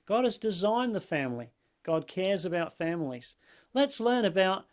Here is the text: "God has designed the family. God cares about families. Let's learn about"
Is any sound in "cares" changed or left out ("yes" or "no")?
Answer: no